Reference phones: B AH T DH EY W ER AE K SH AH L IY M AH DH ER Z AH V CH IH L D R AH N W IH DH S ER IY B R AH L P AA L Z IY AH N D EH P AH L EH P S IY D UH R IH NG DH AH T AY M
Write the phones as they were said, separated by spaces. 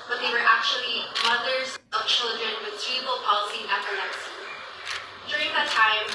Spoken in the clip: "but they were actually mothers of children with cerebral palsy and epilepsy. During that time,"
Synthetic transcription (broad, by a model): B AH T DH EY W ER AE K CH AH L IY M AH DH ER Z AH V CH IH L D R AH N W IH DH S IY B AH L P AA L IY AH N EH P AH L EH S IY D UH R IH NG DH AH T AY M